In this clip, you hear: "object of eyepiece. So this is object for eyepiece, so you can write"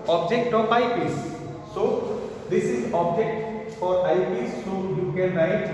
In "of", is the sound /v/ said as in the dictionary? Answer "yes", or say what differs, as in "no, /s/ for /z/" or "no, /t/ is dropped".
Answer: no, /p/ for /v/